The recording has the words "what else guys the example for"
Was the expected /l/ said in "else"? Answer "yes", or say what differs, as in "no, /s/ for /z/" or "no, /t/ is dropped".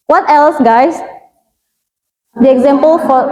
yes